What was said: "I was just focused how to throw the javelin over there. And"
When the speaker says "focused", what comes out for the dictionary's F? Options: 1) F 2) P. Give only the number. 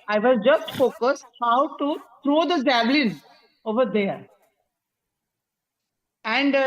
1